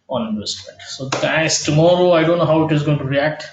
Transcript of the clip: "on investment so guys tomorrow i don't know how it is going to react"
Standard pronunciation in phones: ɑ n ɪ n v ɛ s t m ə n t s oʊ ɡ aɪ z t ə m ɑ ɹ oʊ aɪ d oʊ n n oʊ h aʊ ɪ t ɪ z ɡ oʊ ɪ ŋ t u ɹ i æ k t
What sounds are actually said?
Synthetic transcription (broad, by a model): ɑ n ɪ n ɛ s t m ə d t s oʊ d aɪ s t ə m ɑ ɹ oʊ aɪ d oʊ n n oʊ h aʊ ɪ t ɪ z ɡ oʊ ɪ ŋ t u ɹ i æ k t